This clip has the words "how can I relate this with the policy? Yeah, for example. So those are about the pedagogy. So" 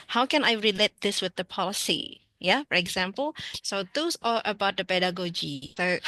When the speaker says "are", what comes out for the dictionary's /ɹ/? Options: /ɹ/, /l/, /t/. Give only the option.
/l/